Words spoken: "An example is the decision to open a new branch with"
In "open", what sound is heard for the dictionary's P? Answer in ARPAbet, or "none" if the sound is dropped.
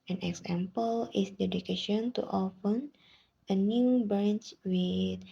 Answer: F